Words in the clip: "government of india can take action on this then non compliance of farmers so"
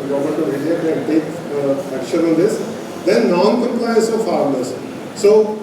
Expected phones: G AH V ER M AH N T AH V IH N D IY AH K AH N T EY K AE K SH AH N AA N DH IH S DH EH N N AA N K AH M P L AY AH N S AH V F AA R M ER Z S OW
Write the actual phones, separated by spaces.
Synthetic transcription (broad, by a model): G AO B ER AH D T AH V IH D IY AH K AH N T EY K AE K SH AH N AA N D IH S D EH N N AA N K AH M P L AY AH N S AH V F AA R M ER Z S OW